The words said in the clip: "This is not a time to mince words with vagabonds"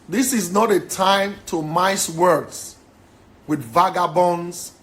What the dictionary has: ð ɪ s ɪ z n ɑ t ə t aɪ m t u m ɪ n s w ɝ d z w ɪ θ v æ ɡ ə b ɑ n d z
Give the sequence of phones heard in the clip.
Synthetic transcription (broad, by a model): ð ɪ s ɪ z n ɑ t ə t aɪ m t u m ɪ s w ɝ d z w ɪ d v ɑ ɡ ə b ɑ n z